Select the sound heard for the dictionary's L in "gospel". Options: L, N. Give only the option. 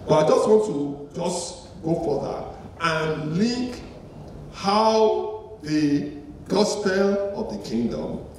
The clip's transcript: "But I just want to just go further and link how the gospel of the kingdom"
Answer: L